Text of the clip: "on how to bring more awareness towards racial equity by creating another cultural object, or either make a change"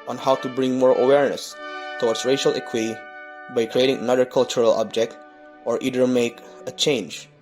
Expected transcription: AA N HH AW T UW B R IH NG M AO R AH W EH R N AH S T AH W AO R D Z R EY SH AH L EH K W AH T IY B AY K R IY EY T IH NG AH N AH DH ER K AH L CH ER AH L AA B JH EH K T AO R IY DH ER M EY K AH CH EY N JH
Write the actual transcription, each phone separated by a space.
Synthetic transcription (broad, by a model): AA N HH AW T UW B R IH NG M AO R AH W EH R N AH S T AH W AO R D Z R EY SH AH L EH K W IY B AY K R IY EY T IH NG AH N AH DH ER K AH L CH ER AH L AA B JH EH K T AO R IY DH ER M EY K AH CH EY N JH